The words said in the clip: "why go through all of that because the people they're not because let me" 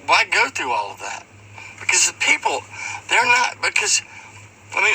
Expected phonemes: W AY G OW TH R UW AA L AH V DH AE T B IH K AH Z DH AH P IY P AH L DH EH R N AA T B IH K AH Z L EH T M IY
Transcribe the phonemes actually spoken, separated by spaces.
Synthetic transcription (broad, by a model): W AY G OW TH R UW AA L AH V DH AE T B IH K AH Z P IY P L DH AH R N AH T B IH K AH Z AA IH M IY